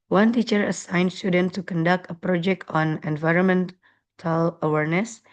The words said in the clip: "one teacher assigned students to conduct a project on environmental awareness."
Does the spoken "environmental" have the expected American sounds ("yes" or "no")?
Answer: yes